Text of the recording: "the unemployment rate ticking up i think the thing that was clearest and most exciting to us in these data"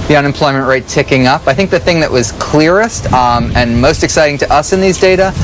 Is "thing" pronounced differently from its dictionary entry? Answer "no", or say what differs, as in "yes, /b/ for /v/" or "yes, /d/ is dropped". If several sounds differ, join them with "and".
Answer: no